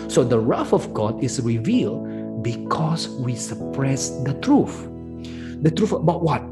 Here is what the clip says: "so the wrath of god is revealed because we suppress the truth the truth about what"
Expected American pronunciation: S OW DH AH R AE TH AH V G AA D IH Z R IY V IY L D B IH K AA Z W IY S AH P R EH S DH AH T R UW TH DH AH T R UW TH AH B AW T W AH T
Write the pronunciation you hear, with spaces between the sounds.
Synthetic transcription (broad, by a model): S OW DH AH R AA F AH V G AA D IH S R IY V IY L D B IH K AA S W IY S AH P R EH S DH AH T R UW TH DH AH T R UW F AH B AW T W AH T